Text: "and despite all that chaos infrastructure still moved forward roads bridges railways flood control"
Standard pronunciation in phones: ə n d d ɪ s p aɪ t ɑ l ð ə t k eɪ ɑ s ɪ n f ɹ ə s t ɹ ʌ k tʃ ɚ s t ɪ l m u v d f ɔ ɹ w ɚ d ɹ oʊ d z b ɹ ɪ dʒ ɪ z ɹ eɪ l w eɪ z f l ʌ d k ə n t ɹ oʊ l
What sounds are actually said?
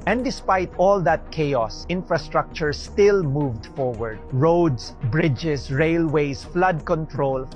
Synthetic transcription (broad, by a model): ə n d d ɪ s p aɪ t ɑ l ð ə t k eɪ ɑ s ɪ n f ɹ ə s t ɹ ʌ k tʃ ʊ s t ɪ l m u v d f ɔ ɹ w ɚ d ɹ oʊ d s b ɹ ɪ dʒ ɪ s ɹ eɪ l w eɪ s f l ʌ d k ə n t ɹ oʊ l